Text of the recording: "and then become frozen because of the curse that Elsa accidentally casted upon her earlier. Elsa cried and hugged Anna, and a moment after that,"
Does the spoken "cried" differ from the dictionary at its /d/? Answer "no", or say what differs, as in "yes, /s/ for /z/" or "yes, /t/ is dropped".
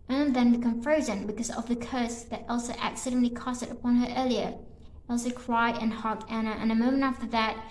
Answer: yes, /d/ is dropped